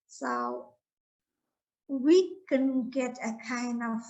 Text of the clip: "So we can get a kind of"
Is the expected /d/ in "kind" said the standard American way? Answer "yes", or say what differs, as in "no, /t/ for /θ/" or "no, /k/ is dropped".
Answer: no, /d/ is dropped